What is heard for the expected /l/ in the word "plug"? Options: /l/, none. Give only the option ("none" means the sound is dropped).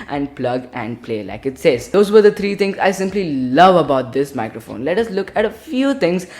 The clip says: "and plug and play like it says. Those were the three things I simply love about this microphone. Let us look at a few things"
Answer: /l/